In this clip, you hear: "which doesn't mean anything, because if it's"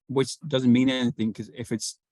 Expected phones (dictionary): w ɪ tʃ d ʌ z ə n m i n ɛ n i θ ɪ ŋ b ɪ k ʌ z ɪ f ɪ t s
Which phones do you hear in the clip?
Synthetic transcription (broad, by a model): w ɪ tʃ d ʌ z ə n m i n ɛ n i θ ɪ ŋ k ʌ z ɪ f ɪ t s